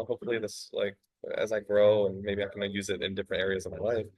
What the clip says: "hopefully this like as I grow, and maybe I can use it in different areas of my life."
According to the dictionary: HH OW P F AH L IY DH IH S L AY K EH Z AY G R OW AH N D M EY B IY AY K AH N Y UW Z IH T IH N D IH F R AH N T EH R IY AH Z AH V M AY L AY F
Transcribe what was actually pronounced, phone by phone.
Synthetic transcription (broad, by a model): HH OW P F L IY DH IH S L AY K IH Z AY G R OW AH N M EY B IY AY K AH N Y UW Z IH T IH N D IH F R AH N T EH R IY AH Z AH V M AY L AY F